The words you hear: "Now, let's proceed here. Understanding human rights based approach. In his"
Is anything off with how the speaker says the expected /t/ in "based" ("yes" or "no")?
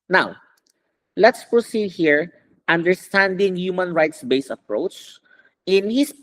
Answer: yes